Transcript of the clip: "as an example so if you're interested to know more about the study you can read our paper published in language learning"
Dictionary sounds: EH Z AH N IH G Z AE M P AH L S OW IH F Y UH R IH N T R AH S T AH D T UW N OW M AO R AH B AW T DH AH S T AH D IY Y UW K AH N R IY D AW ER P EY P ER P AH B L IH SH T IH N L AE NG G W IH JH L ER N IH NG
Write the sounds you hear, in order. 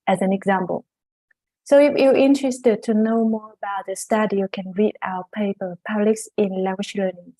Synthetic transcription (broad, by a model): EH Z AH N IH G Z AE M P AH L S OW IH F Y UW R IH N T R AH S T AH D T UW N OW M AO R AH B AW T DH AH S T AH D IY Y UW K AH N R IY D AW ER P EY P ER P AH B L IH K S IH N L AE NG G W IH SH L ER N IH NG